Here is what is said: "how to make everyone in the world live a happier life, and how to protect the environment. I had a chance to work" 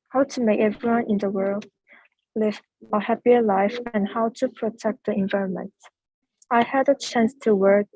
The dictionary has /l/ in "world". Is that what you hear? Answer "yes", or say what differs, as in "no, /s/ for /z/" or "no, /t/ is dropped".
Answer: yes